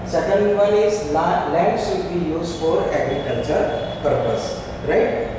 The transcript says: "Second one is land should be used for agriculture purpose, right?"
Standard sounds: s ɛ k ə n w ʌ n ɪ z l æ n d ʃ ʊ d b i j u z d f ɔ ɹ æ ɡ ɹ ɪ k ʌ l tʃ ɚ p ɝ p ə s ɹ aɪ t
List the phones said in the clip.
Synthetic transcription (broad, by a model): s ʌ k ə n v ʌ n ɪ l l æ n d s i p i j u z f ɔ ɹ æ ɡ ɹ ɪ k ʌ l tʃ ɚ p ɝ p ə s ɹ aɪ t